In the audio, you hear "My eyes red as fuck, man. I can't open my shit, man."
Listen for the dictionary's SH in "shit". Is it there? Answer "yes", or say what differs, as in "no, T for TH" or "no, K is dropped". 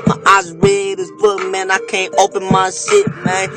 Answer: no, S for SH